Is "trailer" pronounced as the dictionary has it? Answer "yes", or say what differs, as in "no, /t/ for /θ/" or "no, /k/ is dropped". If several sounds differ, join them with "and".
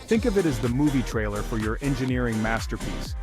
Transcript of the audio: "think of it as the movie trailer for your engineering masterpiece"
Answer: yes